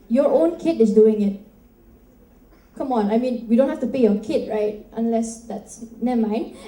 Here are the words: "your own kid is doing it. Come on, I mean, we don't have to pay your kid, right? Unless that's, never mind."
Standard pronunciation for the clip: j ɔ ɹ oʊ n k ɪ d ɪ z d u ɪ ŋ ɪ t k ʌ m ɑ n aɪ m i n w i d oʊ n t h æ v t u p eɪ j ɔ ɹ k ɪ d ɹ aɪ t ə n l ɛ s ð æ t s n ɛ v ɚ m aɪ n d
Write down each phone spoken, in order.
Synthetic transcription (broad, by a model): j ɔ ɹ oʊ n k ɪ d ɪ s d u ɪ ŋ ɪ t k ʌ m ɑ n aɪ m i n w i d oʊ n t h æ f t u p eɪ j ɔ k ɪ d ɹ aɪ t ə n l ɛ s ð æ t s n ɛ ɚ m aɪ n